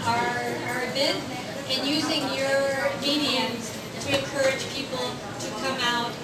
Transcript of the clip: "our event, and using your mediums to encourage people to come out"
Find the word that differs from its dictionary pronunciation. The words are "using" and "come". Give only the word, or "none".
none